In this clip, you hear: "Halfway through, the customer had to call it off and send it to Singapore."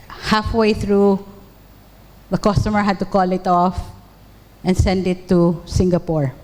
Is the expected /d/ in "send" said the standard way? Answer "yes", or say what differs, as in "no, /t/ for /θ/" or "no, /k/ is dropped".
yes